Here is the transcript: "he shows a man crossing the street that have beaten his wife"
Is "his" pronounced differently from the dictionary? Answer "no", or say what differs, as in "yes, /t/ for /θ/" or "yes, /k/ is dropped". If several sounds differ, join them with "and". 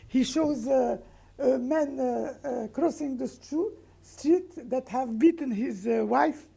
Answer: no